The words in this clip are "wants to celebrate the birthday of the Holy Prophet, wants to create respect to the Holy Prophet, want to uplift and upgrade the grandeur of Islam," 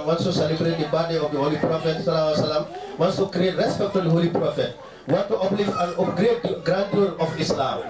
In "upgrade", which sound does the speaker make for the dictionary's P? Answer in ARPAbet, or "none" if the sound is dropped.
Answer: none